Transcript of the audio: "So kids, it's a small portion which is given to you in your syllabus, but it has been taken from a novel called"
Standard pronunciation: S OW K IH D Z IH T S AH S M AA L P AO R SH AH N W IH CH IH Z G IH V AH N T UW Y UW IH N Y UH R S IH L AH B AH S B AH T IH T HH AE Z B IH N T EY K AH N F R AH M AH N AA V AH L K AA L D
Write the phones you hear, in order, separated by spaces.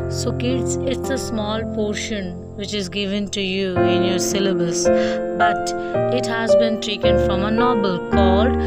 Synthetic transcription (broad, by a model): S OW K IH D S IH T S AH S M AA L P AO R SH AH N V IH CH IH Z G IH V AH N T UW Y UW IH N Y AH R S IH L AH B AH S B AH T IH T HH AE Z B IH N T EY K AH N F R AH M AH N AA B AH L K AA L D